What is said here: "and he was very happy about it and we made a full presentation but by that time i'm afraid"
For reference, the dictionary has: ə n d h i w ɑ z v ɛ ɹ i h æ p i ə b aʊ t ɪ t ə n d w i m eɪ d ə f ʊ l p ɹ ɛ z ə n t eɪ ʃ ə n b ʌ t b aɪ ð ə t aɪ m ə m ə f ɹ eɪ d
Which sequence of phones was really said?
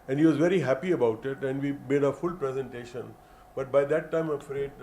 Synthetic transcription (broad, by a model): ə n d h i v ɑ z v ɛ ɹ i h æ p i ə b aʊ t ɪ t ə n d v i m eɪ d ə f ʊ l p ɹ ɛ z ə n t eɪ ʃ ə n b ʌ t b aɪ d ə t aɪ ə m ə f ɹ eɪ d